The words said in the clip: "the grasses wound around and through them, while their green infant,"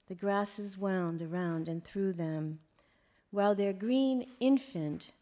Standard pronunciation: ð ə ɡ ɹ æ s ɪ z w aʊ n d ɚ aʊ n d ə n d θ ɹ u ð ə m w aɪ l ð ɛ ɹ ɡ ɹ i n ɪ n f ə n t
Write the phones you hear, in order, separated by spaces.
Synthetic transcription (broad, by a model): ð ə ɡ ɹ æ s ɪ z w aʊ n d ɚ aʊ n d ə n θ ɹ u ð ə m w aɪ l ð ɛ ɹ ɡ ɹ i n ɪ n f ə n t